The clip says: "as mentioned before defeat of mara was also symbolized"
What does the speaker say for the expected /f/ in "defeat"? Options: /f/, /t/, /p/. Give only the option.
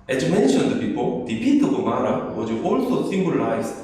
/p/